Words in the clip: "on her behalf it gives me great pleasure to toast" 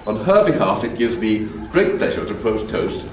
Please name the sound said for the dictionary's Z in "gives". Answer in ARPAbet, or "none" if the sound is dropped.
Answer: Z